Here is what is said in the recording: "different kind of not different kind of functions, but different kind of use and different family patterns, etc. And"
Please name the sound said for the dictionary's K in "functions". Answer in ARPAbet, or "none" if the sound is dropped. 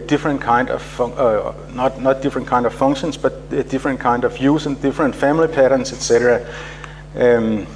none